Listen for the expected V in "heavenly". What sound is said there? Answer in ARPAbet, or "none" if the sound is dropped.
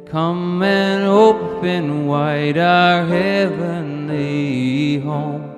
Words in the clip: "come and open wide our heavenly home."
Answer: V